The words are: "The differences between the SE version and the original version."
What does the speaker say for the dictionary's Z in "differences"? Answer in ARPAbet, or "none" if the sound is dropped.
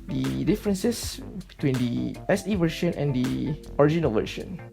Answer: S